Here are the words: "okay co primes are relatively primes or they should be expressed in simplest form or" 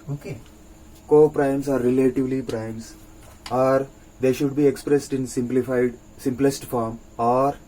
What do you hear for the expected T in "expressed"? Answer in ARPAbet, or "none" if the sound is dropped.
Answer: T